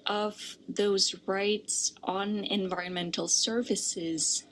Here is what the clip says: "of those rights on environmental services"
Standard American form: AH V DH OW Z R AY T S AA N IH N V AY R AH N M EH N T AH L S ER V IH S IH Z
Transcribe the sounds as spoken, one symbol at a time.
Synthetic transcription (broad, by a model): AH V DH OW Z R AY T S N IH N V AY R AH N M EH N T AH L S ER V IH S IH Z